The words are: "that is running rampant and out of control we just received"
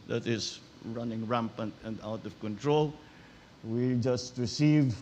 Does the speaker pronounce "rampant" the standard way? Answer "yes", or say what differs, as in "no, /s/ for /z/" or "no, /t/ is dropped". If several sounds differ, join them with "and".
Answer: yes